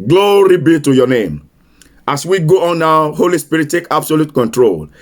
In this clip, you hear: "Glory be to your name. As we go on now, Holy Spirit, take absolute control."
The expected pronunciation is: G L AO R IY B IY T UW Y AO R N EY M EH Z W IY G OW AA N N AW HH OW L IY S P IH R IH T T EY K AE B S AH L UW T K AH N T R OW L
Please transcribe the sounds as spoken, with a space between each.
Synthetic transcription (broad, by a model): G L AO R IY B IY T UW Y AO N EY M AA S W IY G OW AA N N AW HH OW L IY S P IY R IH T T EY K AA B S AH L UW T K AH N T R OW L